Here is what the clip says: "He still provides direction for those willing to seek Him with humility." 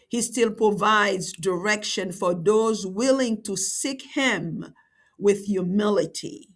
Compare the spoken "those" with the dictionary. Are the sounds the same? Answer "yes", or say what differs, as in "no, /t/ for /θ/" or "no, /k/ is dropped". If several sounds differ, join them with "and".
yes